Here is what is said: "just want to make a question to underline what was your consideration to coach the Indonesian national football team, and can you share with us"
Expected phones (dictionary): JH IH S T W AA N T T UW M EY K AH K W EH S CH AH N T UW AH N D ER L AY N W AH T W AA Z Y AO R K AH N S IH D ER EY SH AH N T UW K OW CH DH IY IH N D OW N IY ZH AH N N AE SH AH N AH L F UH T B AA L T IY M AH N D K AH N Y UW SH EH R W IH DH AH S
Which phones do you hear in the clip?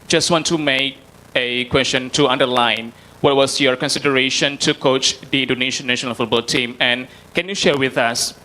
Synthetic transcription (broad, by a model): JH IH S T W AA N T T UW M EY K AH K W EH S CH AH N T UW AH N D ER L AY N W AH T W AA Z Y AO R K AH N S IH D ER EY SH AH N T UW K OW CH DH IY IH N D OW N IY SH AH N N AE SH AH N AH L F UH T B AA L T IY M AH N K AH N Y UW SH EH R W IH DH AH S